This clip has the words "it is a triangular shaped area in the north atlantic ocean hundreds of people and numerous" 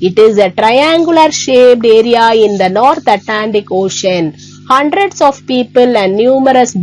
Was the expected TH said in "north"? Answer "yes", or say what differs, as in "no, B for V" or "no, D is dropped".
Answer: no, T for TH